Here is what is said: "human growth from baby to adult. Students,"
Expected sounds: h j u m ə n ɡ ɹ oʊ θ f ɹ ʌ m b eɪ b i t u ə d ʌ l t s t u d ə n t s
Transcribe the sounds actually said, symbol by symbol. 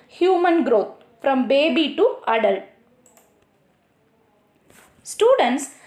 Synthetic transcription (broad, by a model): h j u m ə n ɡ ɹ oʊ t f ɹ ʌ m b eɪ b i t u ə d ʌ l s t u d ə n t s